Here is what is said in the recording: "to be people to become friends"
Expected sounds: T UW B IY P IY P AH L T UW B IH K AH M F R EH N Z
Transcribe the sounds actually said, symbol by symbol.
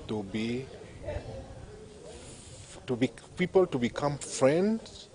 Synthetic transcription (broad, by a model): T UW B IY P IY P AH L T UW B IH K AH M F R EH N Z